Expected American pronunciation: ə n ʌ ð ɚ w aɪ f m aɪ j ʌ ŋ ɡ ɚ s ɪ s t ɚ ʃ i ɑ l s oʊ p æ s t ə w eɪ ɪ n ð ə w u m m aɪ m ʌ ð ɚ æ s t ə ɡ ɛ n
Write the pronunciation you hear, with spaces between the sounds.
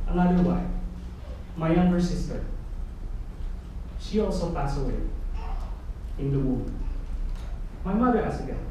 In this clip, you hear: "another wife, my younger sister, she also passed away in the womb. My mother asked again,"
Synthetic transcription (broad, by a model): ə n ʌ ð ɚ w aɪ f m aɪ j ʌ ŋ ɡ ɚ s ɪ s t ɚ ʃ i ɑ l s oʊ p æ s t ə w eɪ ɪ n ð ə w u m m aɪ m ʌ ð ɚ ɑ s ə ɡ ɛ